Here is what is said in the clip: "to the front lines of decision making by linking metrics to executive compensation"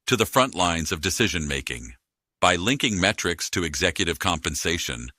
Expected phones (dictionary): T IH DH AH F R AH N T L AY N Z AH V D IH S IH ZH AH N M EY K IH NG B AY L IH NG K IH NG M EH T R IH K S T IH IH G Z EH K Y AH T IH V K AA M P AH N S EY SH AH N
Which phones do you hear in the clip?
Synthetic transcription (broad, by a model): T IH DH AH F R AH N T L AY N Z AH V D IH S IH ZH AH N M EY K IH NG B AY L IH NG K IH NG M EH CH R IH K S T IH IH G Z EH K Y AH T IH V K AA M P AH N S EY SH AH N